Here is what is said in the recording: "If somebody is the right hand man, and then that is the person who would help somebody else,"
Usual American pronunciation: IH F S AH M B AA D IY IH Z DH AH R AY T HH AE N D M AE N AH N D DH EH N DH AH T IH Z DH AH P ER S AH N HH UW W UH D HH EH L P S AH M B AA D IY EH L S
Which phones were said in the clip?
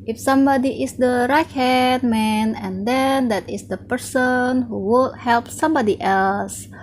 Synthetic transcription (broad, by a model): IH F S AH M B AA D IY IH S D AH R AY T HH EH D M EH N AH N D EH N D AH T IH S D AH P ER S AH N HH UW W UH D HH EH L P S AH M B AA D IY EH L S